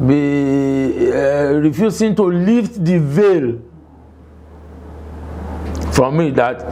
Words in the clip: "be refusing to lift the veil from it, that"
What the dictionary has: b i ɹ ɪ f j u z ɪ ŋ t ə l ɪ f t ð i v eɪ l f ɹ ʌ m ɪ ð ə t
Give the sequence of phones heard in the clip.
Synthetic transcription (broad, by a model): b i ɹ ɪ f j u s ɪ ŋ t ə l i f t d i v eɪ l f ɹ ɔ m ɪ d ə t